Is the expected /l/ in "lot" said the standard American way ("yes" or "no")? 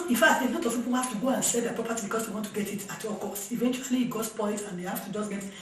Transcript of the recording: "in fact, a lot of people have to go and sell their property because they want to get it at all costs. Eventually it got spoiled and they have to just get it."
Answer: no